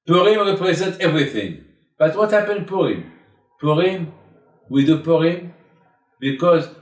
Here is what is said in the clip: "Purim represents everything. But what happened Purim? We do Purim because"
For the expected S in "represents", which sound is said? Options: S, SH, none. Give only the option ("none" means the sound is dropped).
none